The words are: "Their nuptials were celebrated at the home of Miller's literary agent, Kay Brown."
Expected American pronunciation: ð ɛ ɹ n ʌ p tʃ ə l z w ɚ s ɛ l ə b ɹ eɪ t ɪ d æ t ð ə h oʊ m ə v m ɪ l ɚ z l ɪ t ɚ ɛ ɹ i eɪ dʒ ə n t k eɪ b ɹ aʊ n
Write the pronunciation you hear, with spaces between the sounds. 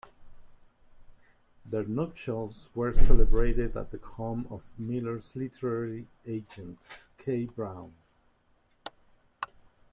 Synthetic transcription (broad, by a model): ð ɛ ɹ n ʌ tʃ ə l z w ɚ s ɛ l ə b ɹ eɪ t ɪ d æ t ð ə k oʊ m ə v m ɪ l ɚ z l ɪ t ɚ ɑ ɹ i eɪ dʒ ə n t k eɪ b ɹ aʊ n